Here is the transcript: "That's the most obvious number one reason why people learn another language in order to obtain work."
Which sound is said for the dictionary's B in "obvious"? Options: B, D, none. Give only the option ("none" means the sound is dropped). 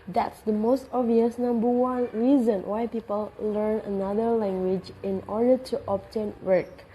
none